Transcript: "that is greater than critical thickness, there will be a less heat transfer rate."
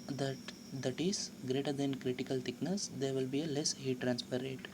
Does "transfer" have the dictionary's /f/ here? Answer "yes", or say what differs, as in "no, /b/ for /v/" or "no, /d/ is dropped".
no, /p/ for /f/